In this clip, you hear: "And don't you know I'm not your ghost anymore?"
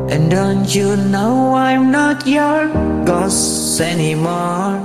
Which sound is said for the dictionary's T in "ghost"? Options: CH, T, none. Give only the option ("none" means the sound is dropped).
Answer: none